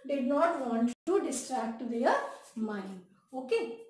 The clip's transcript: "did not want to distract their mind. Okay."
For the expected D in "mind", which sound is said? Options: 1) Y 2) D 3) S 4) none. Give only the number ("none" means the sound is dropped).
4